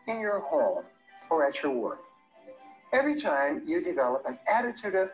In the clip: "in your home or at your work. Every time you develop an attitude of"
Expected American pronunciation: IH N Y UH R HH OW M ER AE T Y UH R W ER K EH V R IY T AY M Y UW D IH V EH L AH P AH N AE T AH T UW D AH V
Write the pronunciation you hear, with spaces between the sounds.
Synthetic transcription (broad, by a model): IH N Y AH R HH OW M ER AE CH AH R W ER K EH V R IY T AY M Y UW D IH V EH L AH P AH N AE T AH T UW D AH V